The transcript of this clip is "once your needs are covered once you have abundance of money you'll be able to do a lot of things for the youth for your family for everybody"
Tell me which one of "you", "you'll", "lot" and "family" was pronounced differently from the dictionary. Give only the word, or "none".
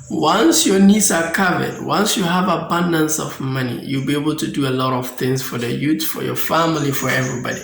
none